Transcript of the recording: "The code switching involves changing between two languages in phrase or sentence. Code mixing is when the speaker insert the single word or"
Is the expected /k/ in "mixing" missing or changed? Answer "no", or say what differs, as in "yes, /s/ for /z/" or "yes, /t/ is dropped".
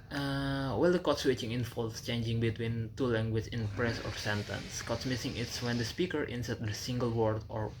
yes, /k/ is dropped